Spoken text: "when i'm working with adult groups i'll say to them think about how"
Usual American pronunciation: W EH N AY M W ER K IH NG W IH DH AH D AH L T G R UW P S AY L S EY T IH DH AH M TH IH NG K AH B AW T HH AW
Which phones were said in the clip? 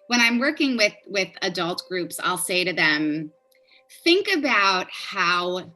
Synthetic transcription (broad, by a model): W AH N AY M W ER K IH NG W IH DH AH D AH L T G R UW P S AY L S EY T IH DH AH M TH IH NG K AH B AW T HH AW